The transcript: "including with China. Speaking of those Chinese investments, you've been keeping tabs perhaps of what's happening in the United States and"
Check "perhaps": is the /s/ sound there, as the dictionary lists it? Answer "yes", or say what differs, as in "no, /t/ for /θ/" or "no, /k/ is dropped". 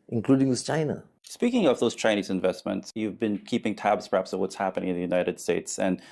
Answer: yes